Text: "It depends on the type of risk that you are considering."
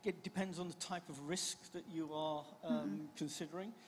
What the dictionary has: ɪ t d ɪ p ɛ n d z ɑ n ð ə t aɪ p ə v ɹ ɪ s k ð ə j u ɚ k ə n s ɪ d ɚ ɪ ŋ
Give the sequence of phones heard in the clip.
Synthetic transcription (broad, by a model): ɪ t d ɪ p ɛ n d z n ð ə t aɪ p ə v ɹ ɪ s k ð ə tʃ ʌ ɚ k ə n s ɪ d ɚ ɪ ŋ